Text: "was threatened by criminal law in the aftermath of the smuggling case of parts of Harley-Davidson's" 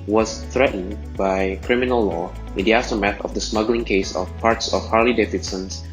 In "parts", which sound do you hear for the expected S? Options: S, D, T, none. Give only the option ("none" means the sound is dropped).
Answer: S